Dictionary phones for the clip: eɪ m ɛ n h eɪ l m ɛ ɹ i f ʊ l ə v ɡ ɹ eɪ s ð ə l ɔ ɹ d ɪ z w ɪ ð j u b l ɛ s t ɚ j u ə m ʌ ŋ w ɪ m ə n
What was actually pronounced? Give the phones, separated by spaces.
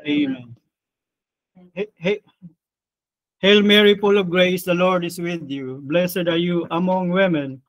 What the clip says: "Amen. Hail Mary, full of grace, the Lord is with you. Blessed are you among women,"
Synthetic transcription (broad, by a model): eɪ m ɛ n h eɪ l m ɛ ɹ i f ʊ l ə v ɡ ɹ eɪ s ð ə l ɔ ɹ d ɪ s w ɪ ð j u b l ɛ s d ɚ j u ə m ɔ ŋ w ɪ m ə n